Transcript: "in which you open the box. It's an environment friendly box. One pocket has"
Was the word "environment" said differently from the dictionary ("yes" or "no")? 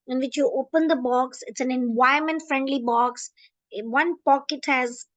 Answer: yes